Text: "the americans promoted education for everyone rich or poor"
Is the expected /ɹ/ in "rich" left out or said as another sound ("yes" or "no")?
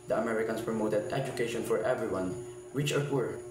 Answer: yes